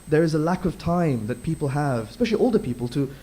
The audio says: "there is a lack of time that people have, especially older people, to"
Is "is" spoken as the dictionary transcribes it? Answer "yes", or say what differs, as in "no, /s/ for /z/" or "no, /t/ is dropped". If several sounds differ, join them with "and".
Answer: yes